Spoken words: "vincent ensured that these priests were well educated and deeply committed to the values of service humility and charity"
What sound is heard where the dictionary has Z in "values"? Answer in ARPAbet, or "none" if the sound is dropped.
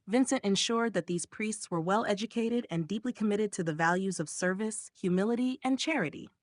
Z